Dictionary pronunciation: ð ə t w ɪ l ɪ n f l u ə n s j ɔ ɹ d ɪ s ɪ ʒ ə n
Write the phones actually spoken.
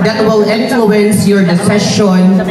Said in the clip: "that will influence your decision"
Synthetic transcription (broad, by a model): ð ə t w ɪ l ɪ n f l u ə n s j ɔ ɹ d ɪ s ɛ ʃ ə n